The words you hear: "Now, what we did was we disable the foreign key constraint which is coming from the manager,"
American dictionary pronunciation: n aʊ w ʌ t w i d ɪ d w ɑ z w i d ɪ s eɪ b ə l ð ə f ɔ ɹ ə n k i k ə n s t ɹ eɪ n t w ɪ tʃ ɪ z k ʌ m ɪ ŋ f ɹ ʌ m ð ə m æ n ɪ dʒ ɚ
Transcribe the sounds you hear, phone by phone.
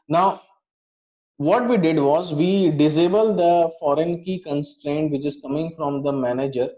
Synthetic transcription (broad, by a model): n aʊ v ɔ t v i d ɪ d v ɑ z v i d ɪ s eɪ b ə l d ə f ɔ ɹ ə n k i k ə n s t ɹ eɪ n t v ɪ tʃ ɪ z k ʌ m ɪ ŋ f ɹ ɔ m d ə m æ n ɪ dʒ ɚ